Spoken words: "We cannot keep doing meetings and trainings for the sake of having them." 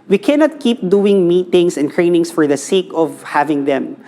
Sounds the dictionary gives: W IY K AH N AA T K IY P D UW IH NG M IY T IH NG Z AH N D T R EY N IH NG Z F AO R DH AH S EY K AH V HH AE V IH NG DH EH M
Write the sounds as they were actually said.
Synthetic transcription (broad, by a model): W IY K AH N AA T K IY P D UW IH NG M IY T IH NG S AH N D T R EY N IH NG S F AO R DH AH S EY K AH V HH AE V IH NG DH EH M